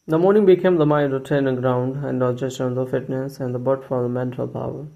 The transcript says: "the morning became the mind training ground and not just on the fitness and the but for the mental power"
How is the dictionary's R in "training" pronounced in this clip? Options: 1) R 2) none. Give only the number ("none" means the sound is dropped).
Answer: 2